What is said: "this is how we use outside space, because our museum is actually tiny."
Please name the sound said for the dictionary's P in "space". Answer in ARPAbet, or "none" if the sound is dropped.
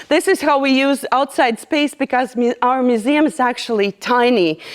P